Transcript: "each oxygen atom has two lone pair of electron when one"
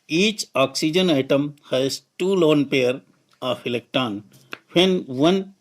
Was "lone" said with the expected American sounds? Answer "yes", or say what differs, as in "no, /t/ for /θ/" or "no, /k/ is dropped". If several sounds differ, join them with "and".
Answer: yes